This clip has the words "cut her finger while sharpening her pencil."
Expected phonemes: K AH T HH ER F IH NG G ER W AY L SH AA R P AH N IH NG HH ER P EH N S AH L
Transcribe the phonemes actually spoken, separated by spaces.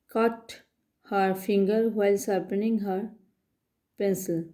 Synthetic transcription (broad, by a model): K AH T HH ER F IH NG G ER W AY L S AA R P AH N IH NG HH ER P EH N S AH L